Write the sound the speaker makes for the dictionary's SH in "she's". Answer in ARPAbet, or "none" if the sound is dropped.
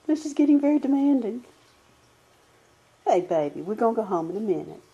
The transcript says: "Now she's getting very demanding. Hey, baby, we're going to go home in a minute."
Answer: S